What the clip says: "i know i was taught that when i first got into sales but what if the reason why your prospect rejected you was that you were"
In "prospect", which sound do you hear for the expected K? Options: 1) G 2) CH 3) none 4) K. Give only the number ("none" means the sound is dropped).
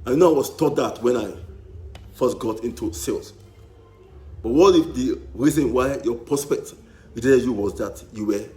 4